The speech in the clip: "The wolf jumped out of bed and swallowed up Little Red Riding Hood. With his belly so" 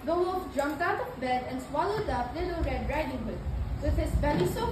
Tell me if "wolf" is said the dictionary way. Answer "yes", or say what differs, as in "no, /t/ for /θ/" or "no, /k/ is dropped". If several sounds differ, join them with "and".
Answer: no, /l/ is dropped